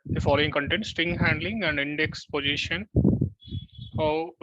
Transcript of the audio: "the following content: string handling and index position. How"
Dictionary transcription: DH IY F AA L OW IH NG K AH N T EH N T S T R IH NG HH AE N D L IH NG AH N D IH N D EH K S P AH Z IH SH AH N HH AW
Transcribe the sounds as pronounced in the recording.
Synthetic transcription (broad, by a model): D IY F AA L OW IH NG K AH N T EH N T S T IH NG HH AE N D L IH NG AH N D IH N D EH K S P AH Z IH SH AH N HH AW